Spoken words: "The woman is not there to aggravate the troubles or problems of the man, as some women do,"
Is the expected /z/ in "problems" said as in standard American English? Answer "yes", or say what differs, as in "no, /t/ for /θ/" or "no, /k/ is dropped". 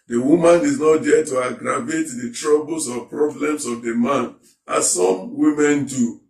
no, /s/ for /z/